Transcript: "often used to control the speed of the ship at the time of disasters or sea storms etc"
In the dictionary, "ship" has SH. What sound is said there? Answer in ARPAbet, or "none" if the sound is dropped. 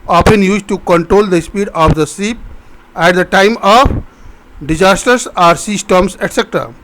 S